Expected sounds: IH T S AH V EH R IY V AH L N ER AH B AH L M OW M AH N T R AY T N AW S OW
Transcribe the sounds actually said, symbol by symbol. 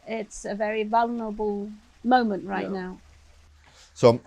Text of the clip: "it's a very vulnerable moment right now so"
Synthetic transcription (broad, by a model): IH T S AH V EH R IY V AH L N ER AH B AH L M OW M AH N T R AY T N AW S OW